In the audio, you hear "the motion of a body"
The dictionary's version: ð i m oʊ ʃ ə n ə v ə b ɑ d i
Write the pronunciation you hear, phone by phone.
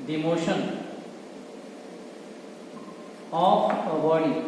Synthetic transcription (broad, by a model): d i m oʊ ʃ ə n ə p ə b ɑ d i